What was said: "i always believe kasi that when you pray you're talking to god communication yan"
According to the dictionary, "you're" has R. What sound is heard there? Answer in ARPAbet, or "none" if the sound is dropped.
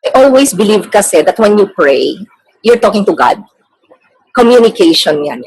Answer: R